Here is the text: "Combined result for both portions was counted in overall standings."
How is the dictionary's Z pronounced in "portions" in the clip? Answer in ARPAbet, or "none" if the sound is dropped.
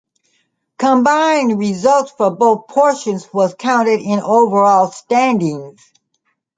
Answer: Z